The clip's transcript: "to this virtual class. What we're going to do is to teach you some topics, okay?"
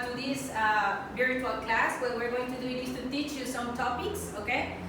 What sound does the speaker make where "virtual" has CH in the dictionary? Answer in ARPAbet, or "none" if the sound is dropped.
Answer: none